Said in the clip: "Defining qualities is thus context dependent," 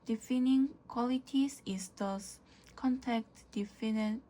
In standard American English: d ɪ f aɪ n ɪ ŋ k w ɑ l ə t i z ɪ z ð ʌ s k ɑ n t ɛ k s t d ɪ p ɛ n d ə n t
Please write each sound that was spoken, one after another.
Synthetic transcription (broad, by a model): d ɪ f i n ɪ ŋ k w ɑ l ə t i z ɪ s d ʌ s k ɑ n t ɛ k t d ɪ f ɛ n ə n